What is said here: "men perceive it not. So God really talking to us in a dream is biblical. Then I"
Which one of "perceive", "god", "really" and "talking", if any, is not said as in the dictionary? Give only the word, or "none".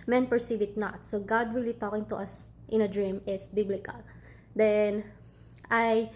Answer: really